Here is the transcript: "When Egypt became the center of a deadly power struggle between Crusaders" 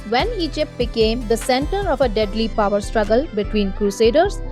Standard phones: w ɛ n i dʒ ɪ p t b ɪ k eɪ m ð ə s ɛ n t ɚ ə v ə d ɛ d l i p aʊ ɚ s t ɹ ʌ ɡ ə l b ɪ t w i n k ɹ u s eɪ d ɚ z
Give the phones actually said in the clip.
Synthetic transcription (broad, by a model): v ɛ n i dʒ ɪ p t b ɪ k eɪ m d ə s ɛ n t ɚ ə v ə d ɛ d l i p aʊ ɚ s t ɹ ʌ ɡ ə l b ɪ t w i n k ɹ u s eɪ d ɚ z